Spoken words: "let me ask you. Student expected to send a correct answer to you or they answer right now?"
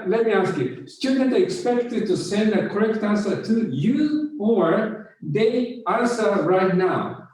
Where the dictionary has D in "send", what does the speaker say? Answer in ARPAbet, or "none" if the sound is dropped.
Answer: D